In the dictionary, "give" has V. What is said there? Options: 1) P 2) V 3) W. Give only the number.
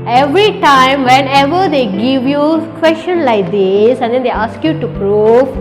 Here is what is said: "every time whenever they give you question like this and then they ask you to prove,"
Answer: 2